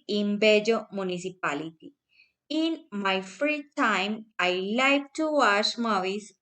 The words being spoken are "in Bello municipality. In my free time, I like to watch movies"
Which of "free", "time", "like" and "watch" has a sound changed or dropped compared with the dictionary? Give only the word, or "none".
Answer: watch